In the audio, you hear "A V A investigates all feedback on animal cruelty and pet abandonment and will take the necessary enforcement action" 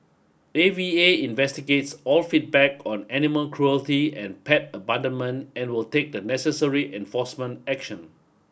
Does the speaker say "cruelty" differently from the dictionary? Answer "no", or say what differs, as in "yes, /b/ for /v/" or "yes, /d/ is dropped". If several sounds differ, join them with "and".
no